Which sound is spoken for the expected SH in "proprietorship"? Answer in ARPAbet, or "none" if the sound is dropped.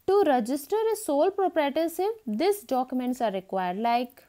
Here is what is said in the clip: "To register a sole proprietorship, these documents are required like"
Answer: S